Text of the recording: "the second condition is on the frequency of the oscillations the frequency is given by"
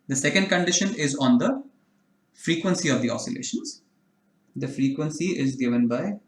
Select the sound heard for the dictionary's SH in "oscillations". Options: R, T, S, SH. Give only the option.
SH